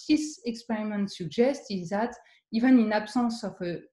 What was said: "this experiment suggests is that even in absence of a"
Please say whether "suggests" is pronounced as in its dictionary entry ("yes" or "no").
no